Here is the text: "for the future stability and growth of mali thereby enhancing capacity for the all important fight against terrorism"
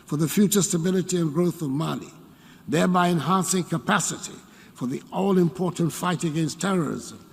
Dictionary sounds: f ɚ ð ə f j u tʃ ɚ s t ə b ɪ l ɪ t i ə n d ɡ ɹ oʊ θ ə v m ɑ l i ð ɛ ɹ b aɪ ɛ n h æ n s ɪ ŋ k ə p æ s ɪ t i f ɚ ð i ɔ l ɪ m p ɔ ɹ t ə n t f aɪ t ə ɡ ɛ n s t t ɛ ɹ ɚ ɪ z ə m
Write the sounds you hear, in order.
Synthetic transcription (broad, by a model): f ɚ ð ə f j u tʃ ɚ s t ə b ɪ l ɪ t i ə n ɡ ɹ oʊ θ ə v m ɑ n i ð ɛ ɹ b aɪ ɛ n h æ n s ɪ ŋ k ə p æ s ɪ t i f ɚ ð i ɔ l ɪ m p ɔ ɹ t n t f aɪ t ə ɡ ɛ n s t t ɛ ɹ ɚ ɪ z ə m